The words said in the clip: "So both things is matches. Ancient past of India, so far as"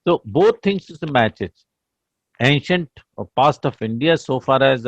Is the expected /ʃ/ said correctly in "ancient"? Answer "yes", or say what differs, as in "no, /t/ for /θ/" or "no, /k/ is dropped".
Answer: yes